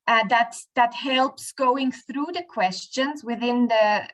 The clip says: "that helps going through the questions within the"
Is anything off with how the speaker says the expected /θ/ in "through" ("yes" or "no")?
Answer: no